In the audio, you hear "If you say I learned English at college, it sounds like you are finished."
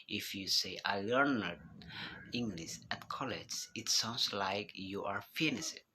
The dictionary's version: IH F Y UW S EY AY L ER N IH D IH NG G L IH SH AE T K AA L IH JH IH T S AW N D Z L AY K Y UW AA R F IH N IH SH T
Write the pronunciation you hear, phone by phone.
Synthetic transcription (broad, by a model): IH F Y UW S EY AY L ER N IH D IH NG G L IH SH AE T K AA L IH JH IH T S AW N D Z L AY K Y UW AA R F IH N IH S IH